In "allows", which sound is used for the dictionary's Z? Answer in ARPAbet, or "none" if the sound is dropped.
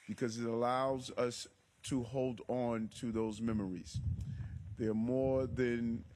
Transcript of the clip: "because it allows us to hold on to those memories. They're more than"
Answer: Z